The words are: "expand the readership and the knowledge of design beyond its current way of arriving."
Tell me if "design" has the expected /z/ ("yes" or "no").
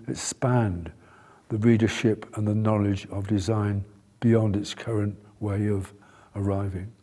yes